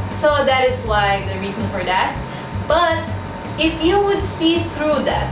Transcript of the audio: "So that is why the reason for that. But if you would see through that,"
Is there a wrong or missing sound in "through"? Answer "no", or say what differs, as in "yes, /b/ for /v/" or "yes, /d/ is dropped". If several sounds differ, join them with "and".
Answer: no